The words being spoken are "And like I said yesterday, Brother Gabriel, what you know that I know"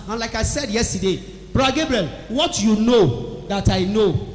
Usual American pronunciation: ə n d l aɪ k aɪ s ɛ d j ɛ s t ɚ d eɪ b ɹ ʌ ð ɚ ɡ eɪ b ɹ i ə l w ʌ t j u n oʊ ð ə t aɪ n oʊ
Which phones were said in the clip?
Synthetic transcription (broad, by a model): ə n l aɪ k aɪ s ɛ d j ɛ s t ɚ d eɪ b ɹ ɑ ɡ eɪ b ɹ i ə l w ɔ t j u n oʊ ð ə t aɪ n oʊ